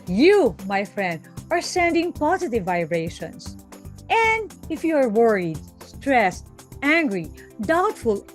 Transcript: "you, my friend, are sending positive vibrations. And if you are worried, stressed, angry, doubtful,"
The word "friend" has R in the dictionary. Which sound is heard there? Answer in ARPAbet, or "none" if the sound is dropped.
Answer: R